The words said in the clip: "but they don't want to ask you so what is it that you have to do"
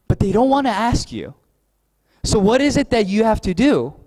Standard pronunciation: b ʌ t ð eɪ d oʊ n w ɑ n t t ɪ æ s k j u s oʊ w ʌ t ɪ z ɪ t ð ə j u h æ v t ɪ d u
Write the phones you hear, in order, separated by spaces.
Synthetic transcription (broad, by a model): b ʌ t ð eɪ d oʊ n w ɑ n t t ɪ æ s k j u s oʊ w ʌ t ɪ z ɪ t ð ə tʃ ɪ h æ f t ɪ d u